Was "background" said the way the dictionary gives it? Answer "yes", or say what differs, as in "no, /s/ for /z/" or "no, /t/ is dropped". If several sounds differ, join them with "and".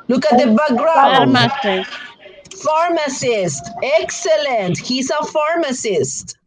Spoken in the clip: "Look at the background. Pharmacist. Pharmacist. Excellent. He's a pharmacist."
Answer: no, /k/ is dropped